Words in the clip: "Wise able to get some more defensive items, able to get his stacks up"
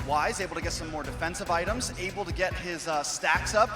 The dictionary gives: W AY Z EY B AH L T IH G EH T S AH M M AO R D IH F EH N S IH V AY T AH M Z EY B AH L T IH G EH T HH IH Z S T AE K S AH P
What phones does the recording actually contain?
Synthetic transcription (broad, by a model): W AY Z EY B L T IH G EH T S AH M M AO R D IH F EH N S IH V AY T AH M Z EY B L T IH G EH T HH IH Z S T AE K S AH P